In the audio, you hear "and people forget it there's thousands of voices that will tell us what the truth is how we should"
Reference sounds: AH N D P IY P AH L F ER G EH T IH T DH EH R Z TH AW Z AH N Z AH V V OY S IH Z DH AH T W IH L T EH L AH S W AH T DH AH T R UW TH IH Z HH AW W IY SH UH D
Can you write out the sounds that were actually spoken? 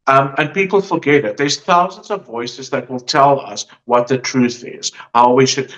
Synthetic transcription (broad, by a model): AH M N P IY P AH L F ER G EH T IH T DH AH R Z TH AW Z AH N Z AH V V OY S IH Z DH AH T W IH L T EH L AH S W AH T DH AH T R UW TH IH Z HH AW W IY SH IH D